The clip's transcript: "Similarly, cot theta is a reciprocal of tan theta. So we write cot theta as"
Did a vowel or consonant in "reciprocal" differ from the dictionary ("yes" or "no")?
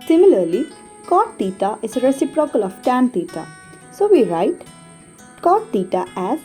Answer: no